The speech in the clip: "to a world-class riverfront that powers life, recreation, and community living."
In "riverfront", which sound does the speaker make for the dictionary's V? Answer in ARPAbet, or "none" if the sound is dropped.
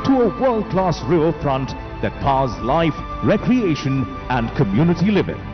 none